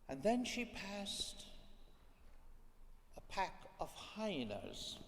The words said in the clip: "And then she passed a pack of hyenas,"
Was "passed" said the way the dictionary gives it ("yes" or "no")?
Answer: yes